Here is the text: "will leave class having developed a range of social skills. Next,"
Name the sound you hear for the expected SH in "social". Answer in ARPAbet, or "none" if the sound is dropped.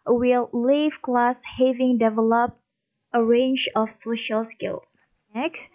SH